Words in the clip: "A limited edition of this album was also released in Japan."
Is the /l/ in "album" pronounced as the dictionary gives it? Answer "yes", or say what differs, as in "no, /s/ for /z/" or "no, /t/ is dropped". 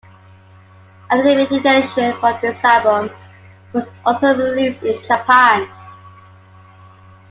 no, /l/ is dropped